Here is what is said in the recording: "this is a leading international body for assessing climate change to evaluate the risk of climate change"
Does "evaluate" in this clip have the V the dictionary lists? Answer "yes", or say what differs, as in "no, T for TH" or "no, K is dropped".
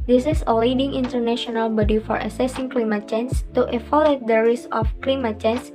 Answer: no, F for V